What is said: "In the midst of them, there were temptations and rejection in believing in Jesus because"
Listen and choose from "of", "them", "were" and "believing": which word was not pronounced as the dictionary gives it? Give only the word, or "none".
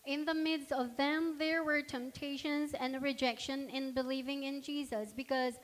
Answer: none